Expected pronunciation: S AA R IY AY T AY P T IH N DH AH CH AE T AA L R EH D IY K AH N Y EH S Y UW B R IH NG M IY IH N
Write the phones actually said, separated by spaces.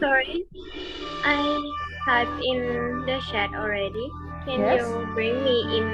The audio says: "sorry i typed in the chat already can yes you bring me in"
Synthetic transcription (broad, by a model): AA R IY T AY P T IH N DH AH SH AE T AA L R EH D IY K AH N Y Y UW B R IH NG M IY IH N